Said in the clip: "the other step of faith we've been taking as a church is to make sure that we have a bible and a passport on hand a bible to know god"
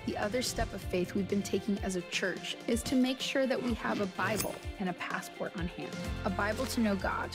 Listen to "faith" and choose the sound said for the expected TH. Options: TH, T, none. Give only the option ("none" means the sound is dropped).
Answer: TH